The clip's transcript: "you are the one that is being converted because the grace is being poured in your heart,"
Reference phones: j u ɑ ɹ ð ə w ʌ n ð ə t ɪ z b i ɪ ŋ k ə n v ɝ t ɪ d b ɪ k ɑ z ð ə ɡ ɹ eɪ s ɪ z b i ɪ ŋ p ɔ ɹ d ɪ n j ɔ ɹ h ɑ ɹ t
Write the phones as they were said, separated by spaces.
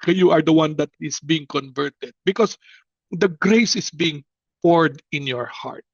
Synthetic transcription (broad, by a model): j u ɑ ɹ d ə w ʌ n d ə t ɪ s b i ɪ ŋ k ə n v ɝ t ɪ d b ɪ k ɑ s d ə ɡ ɹ eɪ s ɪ s b i ɪ ŋ p ɔ ɹ d ɪ n j ɔ ɹ h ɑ ɹ t